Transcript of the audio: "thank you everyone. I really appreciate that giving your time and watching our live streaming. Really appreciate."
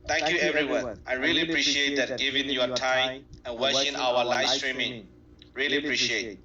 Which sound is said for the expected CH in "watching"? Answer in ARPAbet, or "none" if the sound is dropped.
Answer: SH